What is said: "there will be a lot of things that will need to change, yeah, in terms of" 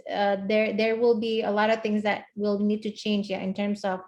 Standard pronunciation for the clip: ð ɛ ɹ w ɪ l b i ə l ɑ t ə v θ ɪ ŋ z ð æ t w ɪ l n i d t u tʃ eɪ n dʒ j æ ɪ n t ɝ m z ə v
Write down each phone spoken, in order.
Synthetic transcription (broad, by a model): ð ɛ ɹ w ɪ l b i ə l ɑ t ə v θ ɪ ŋ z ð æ t w ɪ l n i d t u tʃ eɪ n dʒ j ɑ ɪ n t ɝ m s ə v